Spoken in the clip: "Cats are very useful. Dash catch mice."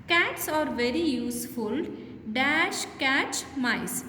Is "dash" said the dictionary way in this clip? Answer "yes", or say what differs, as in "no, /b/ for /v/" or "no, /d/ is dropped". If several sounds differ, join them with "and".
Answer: yes